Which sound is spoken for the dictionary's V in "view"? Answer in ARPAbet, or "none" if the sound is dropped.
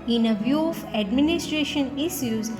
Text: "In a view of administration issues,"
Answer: V